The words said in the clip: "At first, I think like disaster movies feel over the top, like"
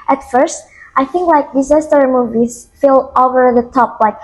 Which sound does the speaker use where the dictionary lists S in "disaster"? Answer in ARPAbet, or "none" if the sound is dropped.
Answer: S